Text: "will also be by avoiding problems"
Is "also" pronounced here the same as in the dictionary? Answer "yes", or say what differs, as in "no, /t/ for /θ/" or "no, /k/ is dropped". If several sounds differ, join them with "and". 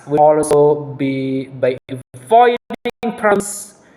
no, /l/ is dropped